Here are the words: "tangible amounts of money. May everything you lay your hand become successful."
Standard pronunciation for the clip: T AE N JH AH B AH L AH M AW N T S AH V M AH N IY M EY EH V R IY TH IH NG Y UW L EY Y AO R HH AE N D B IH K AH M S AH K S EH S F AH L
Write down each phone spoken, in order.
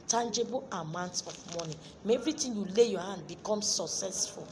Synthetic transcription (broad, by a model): T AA N JH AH B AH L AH M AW N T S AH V M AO N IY M EY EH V R IY T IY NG Y UW L EY Y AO HH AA N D B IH K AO M S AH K S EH S F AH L